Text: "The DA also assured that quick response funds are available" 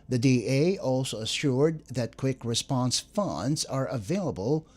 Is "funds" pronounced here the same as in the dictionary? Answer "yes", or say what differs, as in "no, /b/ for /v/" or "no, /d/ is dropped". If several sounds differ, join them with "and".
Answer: yes